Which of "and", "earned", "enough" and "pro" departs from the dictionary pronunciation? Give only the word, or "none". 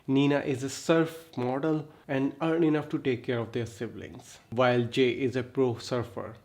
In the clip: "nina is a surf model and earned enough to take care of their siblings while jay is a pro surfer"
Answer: earned